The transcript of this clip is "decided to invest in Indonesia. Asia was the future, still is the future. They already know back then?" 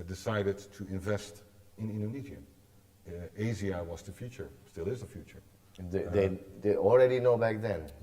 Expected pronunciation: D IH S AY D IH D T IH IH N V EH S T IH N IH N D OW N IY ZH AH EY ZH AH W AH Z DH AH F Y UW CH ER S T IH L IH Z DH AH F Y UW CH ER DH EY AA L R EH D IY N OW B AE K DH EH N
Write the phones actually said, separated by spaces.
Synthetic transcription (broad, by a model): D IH S AY D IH D T IH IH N V EH S T IH N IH N D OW N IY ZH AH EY Z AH W AH Z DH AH F Y UW CH ER S T IH L IH Z DH AH F Y UW CH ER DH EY AA L R EH D IY N OW B AE K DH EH N